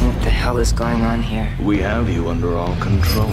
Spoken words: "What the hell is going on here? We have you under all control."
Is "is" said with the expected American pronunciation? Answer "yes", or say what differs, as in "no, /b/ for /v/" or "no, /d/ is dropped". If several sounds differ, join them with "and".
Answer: yes